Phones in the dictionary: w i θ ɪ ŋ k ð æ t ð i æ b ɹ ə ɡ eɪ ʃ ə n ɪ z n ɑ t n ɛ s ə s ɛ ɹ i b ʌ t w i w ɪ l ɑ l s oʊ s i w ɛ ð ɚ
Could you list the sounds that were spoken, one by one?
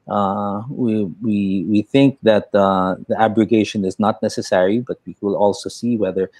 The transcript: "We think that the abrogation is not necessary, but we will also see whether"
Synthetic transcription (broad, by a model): w i θ ɪ ŋ k ð æ t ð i æ b ɹ ə ɡ eɪ ʃ ə n ɪ z n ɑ t n ɛ s ə s ɛ ɹ i b ʌ t w i w ɪ l ɑ l s oʊ s i w ɛ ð ɚ